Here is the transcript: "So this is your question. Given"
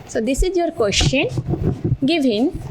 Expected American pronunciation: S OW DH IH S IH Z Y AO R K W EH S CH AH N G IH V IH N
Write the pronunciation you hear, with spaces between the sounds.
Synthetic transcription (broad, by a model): S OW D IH S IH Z Y AO R K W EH SH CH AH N G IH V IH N